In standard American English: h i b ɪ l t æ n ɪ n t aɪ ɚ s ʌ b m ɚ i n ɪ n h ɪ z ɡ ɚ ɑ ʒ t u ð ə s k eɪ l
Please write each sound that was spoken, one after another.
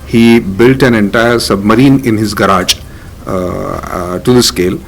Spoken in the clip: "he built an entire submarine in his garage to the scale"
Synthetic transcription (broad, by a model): h i b ɪ l t æ n ɪ n t aɪ ɚ s ʌ b m ɚ i n ɪ n h ɪ z ɡ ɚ ɑ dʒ t u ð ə s k eɪ l